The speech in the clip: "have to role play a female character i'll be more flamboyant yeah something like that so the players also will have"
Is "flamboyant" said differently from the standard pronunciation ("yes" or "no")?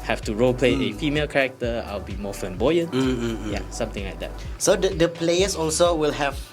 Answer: yes